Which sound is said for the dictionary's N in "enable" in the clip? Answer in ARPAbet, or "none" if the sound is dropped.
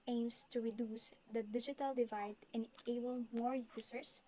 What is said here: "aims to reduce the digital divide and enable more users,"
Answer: N